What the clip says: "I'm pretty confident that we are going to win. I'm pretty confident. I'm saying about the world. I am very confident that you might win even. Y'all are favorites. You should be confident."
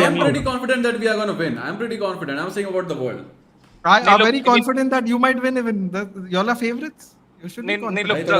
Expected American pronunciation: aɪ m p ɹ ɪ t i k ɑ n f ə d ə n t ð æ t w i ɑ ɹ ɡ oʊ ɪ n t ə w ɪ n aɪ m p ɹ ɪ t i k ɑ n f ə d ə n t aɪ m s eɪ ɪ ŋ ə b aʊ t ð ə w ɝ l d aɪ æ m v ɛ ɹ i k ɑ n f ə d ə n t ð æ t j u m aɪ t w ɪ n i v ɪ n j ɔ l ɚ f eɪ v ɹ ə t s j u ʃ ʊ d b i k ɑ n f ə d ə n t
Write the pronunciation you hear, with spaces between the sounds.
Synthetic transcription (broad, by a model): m p ɹ ɪ t i k ɑ n f ə d ə n t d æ t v i ɑ ɹ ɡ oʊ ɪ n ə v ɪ n aɪ m p ɹ ɪ t i k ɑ n f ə d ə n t aɪ m s eɪ ɪ ŋ ə b aʊ t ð ə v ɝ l d aɪ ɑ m v ɛ ɹ i k ɑ n f ə d ə n t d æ t j u m aɪ t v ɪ n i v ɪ n j ɔ l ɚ f eɪ v ɹ ə t s j u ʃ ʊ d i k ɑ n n